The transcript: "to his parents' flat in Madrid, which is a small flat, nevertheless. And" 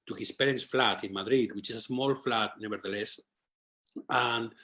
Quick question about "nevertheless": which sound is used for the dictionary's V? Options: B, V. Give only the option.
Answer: B